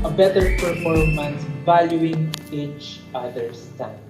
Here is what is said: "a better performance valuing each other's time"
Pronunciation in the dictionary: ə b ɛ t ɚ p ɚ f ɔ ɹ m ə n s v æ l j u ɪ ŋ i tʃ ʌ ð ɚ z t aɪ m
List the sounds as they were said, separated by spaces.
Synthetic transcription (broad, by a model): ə b ɛ t ɚ p ɚ f ɔ ɹ m ə n s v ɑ l j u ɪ ŋ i tʃ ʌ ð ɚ s t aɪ